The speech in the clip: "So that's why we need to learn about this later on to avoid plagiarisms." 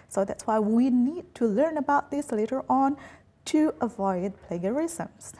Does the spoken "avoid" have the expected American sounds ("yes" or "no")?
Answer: yes